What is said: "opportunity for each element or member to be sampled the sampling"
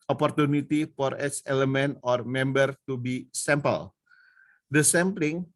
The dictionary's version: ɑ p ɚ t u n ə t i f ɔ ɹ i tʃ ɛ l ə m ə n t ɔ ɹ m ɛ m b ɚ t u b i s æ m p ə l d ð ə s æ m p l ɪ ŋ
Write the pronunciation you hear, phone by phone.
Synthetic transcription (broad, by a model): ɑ p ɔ t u n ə t i f ɔ ɹ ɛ s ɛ l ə m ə n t ɔ ɹ m ɛ m b ɚ t u b i s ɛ m p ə l d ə s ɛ m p l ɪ ŋ